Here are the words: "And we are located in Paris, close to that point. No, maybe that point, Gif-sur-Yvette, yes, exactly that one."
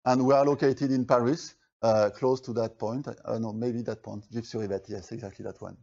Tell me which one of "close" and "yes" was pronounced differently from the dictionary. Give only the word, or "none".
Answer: none